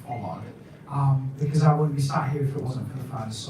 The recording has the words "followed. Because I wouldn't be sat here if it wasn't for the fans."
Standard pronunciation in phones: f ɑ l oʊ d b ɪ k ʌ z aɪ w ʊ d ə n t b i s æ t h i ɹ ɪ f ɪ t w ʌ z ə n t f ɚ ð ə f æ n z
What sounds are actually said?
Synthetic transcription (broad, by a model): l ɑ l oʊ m b ɪ k ʌ z aɪ w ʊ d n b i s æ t h i ɹ ɪ f ɪ t w ʌ z ə n t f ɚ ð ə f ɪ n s